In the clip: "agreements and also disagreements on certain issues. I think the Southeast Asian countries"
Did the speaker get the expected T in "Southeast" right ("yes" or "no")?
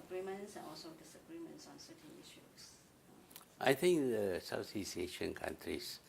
no